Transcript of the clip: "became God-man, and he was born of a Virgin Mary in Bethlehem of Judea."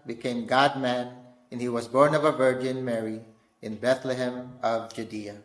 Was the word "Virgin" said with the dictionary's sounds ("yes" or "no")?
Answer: yes